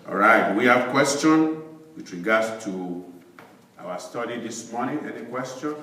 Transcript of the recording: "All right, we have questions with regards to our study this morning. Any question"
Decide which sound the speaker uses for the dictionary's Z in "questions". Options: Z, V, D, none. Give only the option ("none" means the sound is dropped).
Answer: none